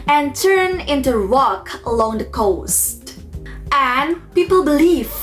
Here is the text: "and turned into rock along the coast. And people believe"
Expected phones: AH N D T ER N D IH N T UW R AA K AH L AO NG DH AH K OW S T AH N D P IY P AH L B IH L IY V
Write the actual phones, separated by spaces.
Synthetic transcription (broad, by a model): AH N T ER N IH N T UW R AA K AH L AO NG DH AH K OW S T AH N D P IY P AH L B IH L IY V